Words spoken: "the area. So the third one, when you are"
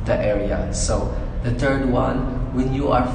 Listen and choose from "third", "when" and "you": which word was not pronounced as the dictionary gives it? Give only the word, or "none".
third